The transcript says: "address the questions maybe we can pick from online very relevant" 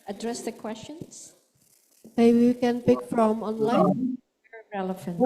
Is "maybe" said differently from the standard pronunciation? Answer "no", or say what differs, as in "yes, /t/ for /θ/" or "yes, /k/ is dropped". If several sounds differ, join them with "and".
yes, /b/ is dropped